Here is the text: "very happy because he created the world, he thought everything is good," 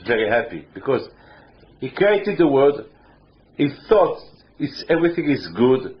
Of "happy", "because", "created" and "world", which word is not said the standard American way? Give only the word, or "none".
world